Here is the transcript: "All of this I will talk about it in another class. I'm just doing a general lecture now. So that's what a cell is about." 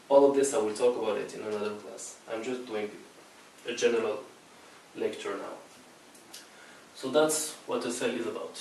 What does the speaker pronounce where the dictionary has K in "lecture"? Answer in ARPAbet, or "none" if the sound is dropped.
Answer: K